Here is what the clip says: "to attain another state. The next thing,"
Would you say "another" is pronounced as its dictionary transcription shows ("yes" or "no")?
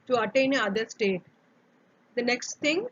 no